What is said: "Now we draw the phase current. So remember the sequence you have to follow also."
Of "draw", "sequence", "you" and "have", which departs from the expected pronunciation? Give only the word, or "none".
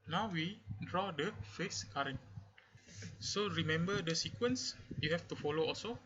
have